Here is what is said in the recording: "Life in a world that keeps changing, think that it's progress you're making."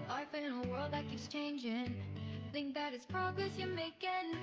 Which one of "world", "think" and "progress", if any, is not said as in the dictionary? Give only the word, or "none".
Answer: none